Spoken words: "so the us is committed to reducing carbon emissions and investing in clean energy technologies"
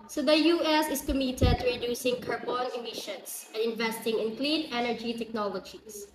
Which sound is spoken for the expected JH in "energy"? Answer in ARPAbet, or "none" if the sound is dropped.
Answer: JH